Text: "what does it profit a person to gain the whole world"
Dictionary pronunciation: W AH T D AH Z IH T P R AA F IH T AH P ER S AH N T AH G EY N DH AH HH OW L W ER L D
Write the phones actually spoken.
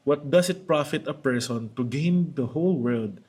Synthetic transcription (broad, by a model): W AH T D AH S IH T P R AA F IH T AH P ER S AH N T AH G EY N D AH HH OW L W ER L D